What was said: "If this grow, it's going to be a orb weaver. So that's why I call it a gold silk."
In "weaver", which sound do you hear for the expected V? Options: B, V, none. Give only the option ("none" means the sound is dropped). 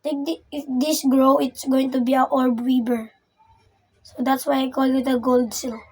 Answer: B